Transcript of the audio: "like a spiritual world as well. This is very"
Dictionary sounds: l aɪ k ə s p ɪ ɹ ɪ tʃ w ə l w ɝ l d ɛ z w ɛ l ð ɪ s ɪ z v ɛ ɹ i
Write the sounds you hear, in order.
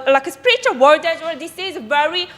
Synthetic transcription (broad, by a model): l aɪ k ə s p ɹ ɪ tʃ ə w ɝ d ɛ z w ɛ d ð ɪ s ɪ z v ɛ ɹ i